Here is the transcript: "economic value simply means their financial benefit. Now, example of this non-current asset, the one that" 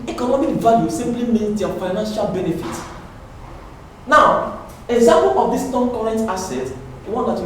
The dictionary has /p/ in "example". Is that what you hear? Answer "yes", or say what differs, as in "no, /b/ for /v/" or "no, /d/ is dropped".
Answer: no, /p/ is dropped